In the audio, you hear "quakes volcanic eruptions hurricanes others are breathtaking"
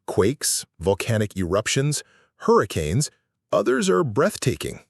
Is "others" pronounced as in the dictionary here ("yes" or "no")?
yes